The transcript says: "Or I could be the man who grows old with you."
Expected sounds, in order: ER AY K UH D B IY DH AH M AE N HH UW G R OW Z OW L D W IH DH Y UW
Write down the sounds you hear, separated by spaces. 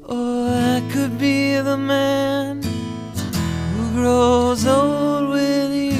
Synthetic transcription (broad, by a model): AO AY K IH D B IY DH AH M AE N HH UW G R OW Z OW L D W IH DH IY